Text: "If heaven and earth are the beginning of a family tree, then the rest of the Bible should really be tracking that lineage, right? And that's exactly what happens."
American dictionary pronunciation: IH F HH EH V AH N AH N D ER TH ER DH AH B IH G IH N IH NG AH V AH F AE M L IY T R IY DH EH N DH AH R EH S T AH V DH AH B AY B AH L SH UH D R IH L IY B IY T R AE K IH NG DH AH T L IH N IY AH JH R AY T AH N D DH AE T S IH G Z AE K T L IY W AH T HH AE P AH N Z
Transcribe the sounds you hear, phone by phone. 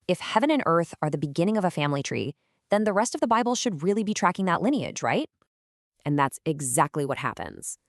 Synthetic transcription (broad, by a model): IH F HH EH V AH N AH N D ER TH ER DH AH B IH G IH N IH NG AH V AH F AE M L IY T R IY DH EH N DH AH R EH S T AH V DH AH B AY B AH L SH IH D R IH L IY B IY T R AE K IH NG DH AH T L IH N IY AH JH R AY T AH N DH AE T S IH G Z AE K T L IY W AH T HH AE P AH N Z